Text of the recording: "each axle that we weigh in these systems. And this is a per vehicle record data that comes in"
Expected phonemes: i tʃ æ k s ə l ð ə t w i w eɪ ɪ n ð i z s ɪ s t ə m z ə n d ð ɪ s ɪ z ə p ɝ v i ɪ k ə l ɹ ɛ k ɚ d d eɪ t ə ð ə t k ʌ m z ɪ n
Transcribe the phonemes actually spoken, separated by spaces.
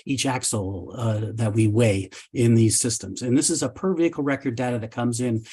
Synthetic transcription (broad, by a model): i tʃ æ k s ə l ð ə t w i w eɪ ɪ n ð i z s ɪ s t ə m z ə n ð ɪ s ɪ z ə p ɝ v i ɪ k l ɹ ɛ k ɚ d d eɪ t ə ð ə t k ʌ m z ɪ n